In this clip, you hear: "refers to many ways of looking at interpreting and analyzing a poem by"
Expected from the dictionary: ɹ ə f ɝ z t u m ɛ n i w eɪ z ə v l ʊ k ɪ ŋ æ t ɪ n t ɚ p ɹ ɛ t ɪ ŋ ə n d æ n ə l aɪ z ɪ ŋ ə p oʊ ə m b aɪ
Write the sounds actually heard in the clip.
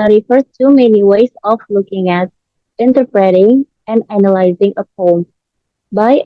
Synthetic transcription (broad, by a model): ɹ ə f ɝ t u m ɛ n i w eɪ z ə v l ʊ k ɪ ŋ æ t ɪ n t ɚ p ɹ ɛ t ɪ ŋ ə n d æ n ə l aɪ z ɪ ŋ ə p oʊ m b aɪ